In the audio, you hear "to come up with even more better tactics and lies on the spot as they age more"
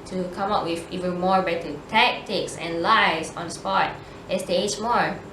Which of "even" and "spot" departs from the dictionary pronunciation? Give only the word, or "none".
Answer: none